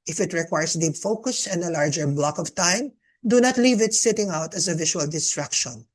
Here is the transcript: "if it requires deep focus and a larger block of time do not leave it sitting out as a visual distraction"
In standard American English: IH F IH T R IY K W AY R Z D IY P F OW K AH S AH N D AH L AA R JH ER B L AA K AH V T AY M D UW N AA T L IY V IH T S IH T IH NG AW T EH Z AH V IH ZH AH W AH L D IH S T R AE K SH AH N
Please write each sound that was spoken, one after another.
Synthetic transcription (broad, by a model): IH F IH T R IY K W AY R S D IY P F OW K AH S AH N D AH L AA R JH ER B L AA K AH V T AY M D UW N AA T L IY V IH T S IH T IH NG AW T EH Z AH V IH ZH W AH L D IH S T R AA K SH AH N